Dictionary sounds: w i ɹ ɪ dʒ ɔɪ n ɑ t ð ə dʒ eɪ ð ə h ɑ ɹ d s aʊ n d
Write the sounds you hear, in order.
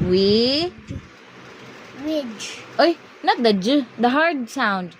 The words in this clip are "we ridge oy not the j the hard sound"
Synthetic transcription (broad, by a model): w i w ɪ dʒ ɔɪ n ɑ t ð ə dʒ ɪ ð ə h ɑ ɹ d s aʊ n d